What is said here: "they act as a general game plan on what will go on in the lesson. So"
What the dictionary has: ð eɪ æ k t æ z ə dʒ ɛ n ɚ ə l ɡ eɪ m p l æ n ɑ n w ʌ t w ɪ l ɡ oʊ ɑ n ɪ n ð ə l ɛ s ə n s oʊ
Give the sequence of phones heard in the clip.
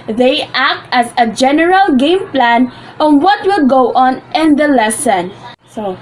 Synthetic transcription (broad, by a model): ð eɪ æ k t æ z ə dʒ ɛ n ɚ ə l ɡ eɪ m p l æ n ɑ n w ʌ t w ɪ l ɡ oʊ ɑ n ɪ n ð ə l ɛ s ə n s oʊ